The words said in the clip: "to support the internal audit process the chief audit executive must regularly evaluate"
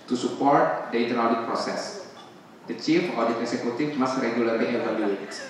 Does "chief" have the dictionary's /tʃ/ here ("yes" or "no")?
yes